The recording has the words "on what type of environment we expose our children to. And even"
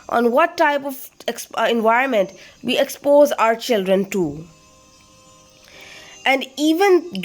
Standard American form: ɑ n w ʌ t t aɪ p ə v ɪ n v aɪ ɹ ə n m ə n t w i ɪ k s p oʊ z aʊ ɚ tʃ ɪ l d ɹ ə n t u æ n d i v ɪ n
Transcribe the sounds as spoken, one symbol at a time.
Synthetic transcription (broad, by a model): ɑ n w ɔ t t aɪ p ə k ɪ n v aɪ ɹ ə n m ə n t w i ɪ k s p oʊ z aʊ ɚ tʃ ɪ l d ɹ ə n t u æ n d i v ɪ n